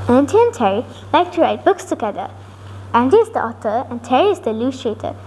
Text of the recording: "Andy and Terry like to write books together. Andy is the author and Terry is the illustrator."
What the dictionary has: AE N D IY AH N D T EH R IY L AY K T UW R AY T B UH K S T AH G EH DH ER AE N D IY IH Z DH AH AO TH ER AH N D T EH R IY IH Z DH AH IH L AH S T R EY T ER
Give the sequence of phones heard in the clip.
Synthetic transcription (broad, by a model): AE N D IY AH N T EH R IY L AY K T UW R AY T B UH K S T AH G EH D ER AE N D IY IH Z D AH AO T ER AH N T EH R IY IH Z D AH L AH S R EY T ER